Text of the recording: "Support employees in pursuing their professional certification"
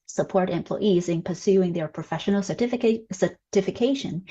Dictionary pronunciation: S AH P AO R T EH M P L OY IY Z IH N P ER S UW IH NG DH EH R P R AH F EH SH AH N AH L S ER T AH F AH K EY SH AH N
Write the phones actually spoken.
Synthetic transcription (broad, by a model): S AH P AO R T EH M P L OY IY Z IH N P ER S UW IH NG DH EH R P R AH F EH SH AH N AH S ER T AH F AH K EY SH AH N